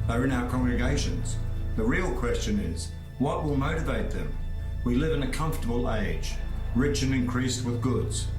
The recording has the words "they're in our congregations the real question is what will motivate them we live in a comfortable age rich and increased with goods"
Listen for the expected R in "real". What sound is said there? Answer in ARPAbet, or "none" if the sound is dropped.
R